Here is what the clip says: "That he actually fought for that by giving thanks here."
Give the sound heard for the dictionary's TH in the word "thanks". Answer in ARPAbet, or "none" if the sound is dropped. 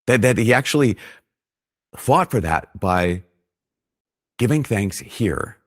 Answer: TH